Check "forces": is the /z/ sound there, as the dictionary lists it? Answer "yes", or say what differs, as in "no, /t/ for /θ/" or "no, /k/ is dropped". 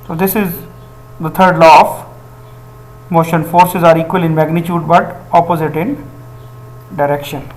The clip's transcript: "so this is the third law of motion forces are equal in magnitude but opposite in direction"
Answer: yes